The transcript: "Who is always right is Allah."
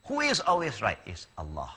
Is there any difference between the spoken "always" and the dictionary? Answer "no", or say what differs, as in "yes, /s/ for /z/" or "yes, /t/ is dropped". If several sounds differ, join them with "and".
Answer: no